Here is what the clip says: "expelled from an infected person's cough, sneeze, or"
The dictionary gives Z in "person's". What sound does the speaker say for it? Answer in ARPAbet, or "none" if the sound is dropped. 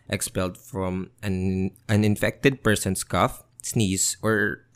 S